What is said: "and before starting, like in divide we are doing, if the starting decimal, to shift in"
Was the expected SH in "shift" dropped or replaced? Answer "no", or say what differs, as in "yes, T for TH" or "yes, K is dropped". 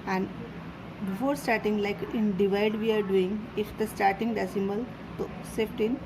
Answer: yes, S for SH